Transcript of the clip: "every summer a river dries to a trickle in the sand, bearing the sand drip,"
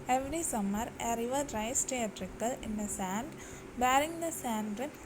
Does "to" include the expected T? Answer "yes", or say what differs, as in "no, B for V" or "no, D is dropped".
yes